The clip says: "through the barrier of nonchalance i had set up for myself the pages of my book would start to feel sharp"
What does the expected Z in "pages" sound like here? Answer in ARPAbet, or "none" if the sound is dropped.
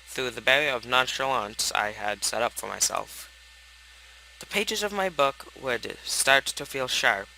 Z